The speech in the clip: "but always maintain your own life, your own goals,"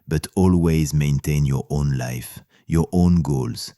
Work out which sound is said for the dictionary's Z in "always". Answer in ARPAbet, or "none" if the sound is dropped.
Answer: Z